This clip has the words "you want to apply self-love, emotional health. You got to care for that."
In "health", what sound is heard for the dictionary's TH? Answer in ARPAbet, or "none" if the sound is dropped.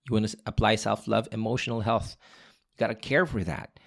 TH